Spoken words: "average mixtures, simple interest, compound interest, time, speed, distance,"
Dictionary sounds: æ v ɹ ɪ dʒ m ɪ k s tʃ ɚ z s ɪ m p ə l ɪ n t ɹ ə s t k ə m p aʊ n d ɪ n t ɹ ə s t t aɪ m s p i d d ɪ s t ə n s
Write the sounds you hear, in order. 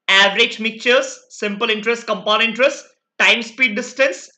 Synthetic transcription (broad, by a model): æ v ɹ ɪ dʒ m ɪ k tʃ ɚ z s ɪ m p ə l ɪ n t ɹ ə s t k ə m p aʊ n ɪ n t ɹ ə s t t aɪ m s p i d d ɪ s t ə n s